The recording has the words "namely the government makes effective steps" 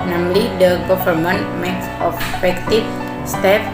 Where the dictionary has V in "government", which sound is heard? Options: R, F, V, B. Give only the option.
F